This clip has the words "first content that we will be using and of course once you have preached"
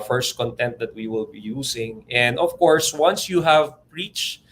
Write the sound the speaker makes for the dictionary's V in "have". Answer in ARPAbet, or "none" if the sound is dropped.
V